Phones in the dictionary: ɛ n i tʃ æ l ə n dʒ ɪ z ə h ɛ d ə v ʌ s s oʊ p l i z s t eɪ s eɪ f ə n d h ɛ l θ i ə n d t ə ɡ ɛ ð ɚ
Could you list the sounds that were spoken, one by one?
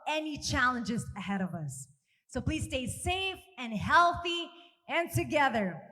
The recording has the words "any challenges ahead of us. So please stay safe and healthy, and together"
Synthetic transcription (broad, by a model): ɛ n i tʃ æ l ə n dʒ ɪ z ə h ɛ d ə v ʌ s s oʊ p l i z s t eɪ s eɪ f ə n h ɛ l θ i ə n t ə ɡ ɛ ð ɚ